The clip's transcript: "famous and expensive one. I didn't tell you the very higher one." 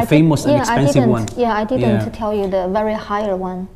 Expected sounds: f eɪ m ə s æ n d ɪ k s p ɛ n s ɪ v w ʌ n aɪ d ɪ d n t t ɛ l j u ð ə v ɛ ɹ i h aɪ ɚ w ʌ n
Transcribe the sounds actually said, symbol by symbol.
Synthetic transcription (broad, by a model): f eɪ m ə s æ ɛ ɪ s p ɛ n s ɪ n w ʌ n aɪ d ɪ d n t t ɛ l j u ð ə v ɛ ɹ i h aɪ ɚ w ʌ n